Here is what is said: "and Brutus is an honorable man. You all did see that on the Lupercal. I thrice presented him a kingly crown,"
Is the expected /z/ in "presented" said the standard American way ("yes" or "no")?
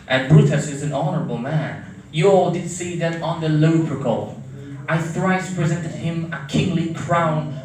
yes